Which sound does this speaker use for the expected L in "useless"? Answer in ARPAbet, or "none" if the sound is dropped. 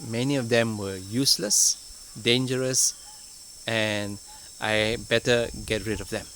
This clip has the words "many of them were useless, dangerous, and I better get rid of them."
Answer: L